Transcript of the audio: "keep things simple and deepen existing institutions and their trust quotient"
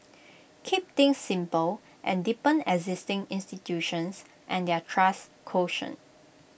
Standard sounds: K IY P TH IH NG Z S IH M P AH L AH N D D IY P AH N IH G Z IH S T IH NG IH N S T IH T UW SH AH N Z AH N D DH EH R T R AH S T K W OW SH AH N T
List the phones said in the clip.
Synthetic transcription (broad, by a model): K IY P T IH NG S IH M P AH L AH N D D IY P AH N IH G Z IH S T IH NG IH N S T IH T UW SH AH N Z AH N D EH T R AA S K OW SH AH N